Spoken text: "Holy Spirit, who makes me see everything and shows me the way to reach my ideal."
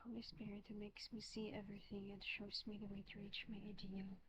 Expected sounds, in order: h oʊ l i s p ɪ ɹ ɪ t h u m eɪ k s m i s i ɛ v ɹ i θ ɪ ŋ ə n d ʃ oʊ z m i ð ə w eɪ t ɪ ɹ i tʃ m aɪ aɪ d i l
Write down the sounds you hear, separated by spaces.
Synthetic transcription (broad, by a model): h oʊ l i s p ɪ ɹ ɪ t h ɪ m eɪ k s m i s i ɛ v ɹ i θ ɪ ŋ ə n ʃ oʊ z m i ð ə w eɪ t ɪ ɹ i tʃ m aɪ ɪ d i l